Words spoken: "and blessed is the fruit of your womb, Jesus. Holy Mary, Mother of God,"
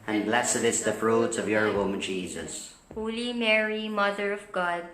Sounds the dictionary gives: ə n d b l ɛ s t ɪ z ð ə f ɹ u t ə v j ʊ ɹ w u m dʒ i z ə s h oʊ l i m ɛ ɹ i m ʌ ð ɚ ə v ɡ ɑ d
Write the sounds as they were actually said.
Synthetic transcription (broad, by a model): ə n b l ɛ s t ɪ s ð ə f ɹ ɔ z ə v j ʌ ɹ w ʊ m dʒ i z ə s h oʊ l i m ɛ ɹ i m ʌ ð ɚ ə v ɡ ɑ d